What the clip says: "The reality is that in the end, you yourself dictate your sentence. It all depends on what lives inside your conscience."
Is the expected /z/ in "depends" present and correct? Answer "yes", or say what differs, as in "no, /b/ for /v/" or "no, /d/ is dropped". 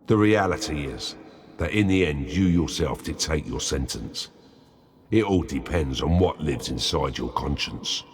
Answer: yes